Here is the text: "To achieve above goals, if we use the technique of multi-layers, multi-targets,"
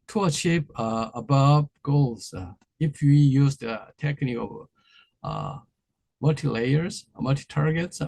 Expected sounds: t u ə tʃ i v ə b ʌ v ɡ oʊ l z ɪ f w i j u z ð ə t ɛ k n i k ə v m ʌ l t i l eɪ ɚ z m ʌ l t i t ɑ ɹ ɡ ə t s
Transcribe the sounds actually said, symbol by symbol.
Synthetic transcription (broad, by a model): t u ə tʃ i p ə b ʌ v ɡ oʊ l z ɪ f w i j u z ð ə t ɛ k n i k ə v m ʌ l t i l eɪ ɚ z m ʌ l t i t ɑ ɹ ɡ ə t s